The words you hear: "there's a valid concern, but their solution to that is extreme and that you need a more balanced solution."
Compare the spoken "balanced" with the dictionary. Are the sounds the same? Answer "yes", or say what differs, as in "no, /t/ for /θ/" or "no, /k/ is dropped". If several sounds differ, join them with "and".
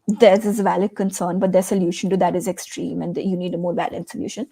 no, /s/ is dropped